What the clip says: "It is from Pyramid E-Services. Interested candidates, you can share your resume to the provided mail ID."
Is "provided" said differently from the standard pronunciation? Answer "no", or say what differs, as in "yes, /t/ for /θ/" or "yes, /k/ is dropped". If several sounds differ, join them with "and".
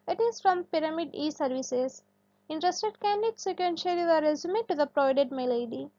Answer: yes, /v/ is dropped